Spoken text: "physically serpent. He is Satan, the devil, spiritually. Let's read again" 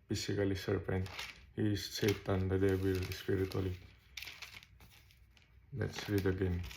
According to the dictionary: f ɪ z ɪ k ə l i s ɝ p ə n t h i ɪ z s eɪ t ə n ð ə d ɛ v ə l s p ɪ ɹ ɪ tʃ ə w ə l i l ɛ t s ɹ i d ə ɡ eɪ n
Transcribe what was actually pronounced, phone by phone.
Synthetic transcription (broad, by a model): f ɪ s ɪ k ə l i s ɝ p ə n t h i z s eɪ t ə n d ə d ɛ b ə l s p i ɹ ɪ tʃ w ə l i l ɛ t s ɹ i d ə ɡ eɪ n